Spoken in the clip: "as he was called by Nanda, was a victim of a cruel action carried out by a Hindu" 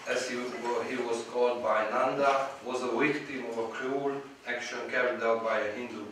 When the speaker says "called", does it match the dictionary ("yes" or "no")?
yes